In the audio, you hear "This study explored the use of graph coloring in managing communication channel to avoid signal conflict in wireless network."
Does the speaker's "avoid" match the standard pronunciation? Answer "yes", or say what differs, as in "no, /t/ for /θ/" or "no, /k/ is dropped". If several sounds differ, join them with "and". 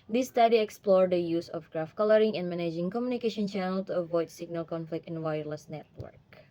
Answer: yes